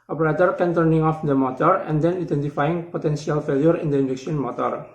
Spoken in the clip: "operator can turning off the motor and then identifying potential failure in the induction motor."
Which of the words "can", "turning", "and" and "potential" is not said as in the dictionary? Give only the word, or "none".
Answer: potential